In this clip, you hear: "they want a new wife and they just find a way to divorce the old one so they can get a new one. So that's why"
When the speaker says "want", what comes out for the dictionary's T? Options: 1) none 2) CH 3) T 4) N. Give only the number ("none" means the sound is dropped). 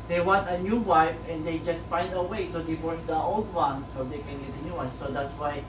3